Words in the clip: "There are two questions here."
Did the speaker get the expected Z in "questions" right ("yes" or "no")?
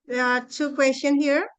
no